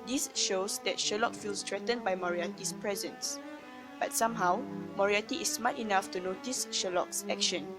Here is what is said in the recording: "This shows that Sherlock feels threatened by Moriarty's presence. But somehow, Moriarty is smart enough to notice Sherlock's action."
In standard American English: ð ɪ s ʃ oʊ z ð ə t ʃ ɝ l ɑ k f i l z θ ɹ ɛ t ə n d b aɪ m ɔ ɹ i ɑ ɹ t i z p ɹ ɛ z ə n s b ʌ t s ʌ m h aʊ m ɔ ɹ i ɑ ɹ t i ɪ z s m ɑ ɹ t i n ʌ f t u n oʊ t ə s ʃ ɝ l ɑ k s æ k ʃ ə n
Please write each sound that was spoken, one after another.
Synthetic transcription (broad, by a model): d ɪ s ʃ oʊ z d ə t ʃ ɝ l ɑ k f i l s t ɹ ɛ t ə n b aɪ m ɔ ɹ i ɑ t i s p ɹ ɛ z ə n s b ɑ t s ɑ m h aʊ m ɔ ɹ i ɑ t i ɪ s m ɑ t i n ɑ f t u n oʊ t ə s ʃ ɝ l ɑ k s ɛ k ʃ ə n